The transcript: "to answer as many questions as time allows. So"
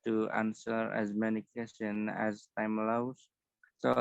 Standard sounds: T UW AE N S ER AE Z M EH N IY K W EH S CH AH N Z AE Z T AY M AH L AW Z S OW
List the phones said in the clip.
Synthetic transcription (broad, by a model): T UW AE N S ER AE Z M EH N IY K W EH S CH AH N AE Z T AY M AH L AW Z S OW